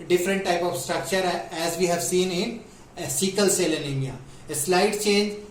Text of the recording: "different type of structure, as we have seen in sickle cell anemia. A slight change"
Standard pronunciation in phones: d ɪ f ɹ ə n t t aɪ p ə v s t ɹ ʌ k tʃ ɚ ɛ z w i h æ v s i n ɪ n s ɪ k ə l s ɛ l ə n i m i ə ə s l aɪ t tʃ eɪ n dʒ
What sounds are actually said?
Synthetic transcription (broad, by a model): d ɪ f ɹ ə n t t aɪ p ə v s t ɹ ʌ k tʃ ɚ ɛ z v i h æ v s i n ɪ n s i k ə l s ɛ l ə l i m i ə ə s l aɪ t tʃ eɪ n dʒ